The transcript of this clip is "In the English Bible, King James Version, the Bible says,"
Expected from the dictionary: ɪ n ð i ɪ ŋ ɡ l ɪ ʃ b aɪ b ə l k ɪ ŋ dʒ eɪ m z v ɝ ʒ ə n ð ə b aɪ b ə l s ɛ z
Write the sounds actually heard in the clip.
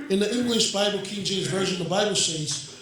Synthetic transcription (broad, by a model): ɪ n ð i ɪ ŋ ɡ l ɪ ʃ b aɪ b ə l k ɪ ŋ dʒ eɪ z v ɝ ʒ ə n ð ə b aɪ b l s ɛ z